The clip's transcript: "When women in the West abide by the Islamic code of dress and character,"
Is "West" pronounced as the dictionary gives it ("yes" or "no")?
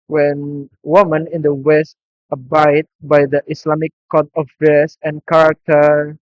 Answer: yes